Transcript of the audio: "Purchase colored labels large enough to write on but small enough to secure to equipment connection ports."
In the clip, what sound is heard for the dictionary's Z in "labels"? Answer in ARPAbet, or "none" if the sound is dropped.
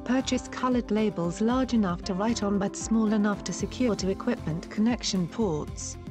Z